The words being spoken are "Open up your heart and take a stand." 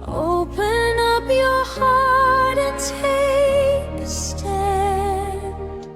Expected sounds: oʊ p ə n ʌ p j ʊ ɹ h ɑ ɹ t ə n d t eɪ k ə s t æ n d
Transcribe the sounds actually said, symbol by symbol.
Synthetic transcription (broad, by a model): oʊ p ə n ʌ p j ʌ ɹ h ɑ ɹ t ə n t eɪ ə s t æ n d